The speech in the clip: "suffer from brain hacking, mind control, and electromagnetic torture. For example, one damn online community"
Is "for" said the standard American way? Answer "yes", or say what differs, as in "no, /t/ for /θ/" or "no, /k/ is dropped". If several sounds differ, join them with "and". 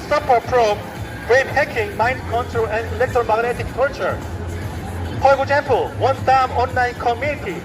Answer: no, /p/ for /f/